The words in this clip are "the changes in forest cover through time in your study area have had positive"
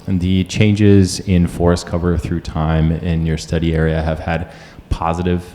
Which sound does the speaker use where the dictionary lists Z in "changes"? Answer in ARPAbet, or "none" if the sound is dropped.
Z